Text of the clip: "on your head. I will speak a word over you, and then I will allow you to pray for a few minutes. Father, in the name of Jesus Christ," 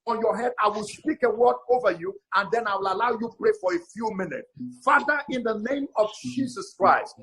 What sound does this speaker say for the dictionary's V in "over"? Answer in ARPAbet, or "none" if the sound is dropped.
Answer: V